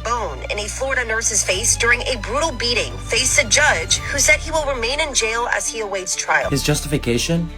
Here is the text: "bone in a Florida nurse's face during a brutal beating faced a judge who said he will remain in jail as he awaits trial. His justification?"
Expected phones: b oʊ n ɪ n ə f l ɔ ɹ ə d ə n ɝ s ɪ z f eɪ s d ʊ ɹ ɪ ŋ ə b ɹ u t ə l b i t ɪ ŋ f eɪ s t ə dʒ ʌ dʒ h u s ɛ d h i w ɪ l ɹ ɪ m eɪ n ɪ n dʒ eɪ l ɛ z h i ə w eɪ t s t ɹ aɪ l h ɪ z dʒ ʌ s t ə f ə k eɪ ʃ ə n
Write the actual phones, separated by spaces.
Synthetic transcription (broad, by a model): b oʊ n ɪ n ə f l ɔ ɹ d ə n ɝ s ɪ z f eɪ s d ʊ ɹ ɪ ŋ ə b ɹ u t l b i t ɪ ŋ f eɪ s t ə dʒ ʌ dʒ h u s ɛ d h i w ɪ l ɹ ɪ m eɪ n ɪ n dʒ eɪ l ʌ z i ə w eɪ t s t ɹ aɪ l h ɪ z dʒ ʌ s t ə f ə k eɪ ʃ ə n